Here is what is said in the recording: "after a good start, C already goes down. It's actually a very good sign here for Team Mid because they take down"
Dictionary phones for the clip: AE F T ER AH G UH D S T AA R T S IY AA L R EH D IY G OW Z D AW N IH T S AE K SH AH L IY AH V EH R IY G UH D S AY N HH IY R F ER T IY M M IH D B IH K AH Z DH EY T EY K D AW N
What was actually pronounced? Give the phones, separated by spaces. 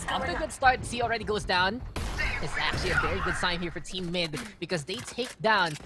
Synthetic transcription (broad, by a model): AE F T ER AH G UH D S T AA R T S IY L R EH D IY G OW Z D AW N IH T S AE K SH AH L IY AH V EH R IY G UH D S AY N HH IY R F ER T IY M M IH D B IH K AH Z DH EY T EY K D AW N